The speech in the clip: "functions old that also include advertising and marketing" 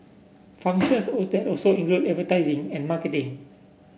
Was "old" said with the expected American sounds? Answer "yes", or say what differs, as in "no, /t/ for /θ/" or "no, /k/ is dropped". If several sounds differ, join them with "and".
no, /l/ is dropped